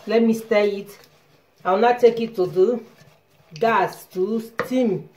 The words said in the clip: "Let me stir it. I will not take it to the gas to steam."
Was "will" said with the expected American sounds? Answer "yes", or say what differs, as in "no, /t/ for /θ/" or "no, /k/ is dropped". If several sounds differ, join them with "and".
no, /w/ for /l/